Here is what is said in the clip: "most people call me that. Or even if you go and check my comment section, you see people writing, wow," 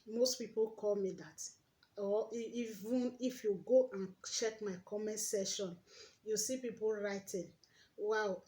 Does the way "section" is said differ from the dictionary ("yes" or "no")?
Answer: yes